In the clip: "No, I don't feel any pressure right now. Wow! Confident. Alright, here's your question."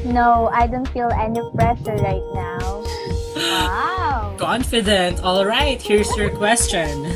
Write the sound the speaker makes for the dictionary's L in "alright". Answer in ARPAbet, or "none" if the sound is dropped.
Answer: L